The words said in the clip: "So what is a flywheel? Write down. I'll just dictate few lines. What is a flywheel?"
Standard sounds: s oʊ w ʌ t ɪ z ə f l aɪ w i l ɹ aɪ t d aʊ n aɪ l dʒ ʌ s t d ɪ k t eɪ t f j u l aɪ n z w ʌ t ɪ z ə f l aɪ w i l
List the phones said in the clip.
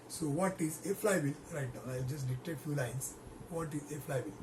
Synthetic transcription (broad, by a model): s oʊ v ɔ t ɪ z ə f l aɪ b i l ɹ aɪ t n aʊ aɪ l dʒ ʌ s t d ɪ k t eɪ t f j u l aɪ n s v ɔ t ɪ z ə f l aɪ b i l